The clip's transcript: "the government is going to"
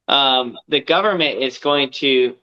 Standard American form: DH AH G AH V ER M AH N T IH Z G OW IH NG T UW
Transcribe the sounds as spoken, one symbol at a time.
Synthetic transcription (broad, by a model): DH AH G AH V ER M AH N T IH Z G OW IH NG T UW